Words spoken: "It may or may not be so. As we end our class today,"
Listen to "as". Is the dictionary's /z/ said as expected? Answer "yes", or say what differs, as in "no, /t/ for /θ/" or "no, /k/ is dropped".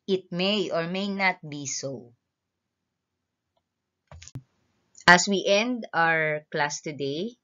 no, /s/ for /z/